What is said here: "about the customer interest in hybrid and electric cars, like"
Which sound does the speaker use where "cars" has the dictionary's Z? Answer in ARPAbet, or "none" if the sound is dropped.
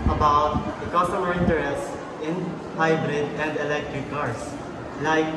S